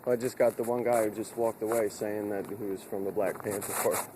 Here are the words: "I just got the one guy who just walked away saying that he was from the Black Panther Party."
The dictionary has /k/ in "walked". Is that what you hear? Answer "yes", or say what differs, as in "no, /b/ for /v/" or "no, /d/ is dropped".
yes